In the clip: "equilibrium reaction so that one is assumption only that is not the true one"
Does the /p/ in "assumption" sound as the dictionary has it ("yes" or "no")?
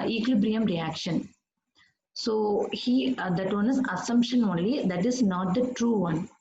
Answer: yes